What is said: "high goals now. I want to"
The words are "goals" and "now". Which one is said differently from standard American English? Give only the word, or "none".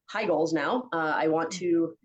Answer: none